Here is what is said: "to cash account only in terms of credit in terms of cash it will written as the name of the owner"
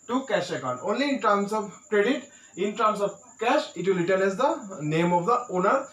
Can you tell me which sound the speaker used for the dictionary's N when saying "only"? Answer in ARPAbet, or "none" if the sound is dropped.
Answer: N